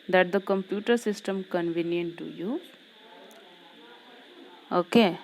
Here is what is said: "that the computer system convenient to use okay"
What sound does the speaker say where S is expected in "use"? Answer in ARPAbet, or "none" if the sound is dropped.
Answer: none